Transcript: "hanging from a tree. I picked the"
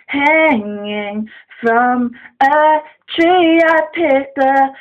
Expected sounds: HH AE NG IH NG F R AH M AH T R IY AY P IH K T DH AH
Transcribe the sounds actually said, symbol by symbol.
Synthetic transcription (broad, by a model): HH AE NG IH NG F R AH M AH T R IY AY P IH T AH